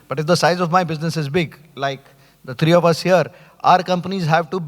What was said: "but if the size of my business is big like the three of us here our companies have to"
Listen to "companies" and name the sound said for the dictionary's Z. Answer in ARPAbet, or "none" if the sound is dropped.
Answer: Z